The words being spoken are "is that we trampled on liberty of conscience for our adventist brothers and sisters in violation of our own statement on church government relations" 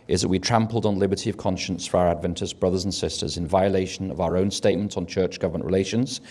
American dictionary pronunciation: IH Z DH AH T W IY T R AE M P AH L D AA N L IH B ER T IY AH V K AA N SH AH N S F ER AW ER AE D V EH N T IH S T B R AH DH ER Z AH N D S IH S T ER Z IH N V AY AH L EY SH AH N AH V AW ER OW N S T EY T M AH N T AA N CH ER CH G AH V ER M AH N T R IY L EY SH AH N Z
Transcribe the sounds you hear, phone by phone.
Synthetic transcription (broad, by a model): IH Z DH AH T W IY T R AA M P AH L D N L IH B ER T IY AH V K AA N SH AH N S F ER AW ER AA D V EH N T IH S B R AH DH ER Z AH N S IH S T ER Z IH N V AY AH L EY SH AH N AH V AW ER OW N S T EY T M AH N T N CH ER CH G AH V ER M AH N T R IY L EY SH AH N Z